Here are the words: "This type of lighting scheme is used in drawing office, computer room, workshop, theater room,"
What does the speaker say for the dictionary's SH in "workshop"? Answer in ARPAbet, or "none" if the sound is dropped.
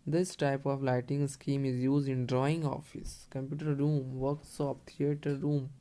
S